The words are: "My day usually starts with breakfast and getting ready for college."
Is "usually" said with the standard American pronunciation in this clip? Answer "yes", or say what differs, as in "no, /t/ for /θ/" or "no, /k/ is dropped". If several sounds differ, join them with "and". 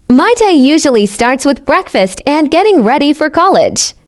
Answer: yes